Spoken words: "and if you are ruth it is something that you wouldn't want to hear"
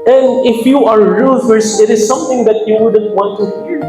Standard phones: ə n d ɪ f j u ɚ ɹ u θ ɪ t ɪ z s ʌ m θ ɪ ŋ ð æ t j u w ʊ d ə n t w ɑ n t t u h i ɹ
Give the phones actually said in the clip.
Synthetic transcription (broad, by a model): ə n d ɪ f j u ɚ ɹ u s ɪ t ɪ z s ʌ m θ ɪ ŋ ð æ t j u w ʊ d ə n t w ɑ n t t u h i ɹ